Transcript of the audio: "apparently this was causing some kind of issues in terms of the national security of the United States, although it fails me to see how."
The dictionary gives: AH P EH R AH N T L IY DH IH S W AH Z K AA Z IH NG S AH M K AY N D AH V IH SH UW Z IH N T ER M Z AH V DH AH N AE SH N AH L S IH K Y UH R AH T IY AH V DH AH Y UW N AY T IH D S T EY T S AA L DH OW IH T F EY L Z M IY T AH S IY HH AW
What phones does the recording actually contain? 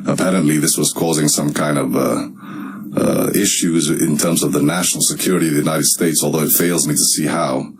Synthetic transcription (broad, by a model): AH P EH R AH N T L IY DH IH S W AH Z K AA Z IH NG S AH M K AY N D AH V IH SH UW Z IH N T ER M Z AH V DH AH N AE SH N L S IH K Y UH R AH T IY AH V DH AH Y UW N AY T IH D S T EY T S AA L DH OW IH T F EY L Z M IY T AH S IY HH AW